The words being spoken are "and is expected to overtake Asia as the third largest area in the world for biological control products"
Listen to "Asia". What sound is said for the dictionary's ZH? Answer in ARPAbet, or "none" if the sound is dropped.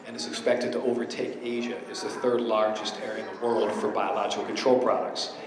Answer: ZH